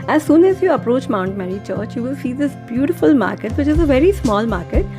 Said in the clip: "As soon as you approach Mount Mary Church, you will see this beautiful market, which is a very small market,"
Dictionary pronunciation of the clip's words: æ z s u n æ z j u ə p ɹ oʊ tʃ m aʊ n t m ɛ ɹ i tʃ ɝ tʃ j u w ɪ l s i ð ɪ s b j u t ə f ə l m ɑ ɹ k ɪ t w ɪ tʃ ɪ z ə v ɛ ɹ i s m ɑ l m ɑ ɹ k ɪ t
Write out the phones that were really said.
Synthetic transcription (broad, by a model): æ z s u n æ z j u ə p ɹ oʊ tʃ m aʊ n t m ɛ ɹ i tʃ ɝ tʃ j u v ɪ l s i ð ɪ s b j u t ə f ə l m ɑ ɹ k ɪ t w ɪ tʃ ɪ z ə v ɛ ɹ i s m ɑ l m ɑ ɹ k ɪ t